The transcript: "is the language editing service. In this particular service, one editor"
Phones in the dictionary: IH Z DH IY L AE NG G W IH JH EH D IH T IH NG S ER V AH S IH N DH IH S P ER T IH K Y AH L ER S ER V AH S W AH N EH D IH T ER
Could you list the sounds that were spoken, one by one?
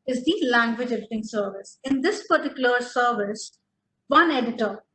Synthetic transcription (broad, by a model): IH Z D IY L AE NG G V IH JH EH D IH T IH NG S ER V AH S IH N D IH S P ER T IH K Y AH L ER S ER V AH S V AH N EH D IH T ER